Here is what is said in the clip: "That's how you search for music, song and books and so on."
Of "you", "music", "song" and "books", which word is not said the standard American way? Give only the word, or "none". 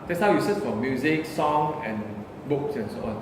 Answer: none